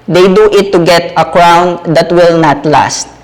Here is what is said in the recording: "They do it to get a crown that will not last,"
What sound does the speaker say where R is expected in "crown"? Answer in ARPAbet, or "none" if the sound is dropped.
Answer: R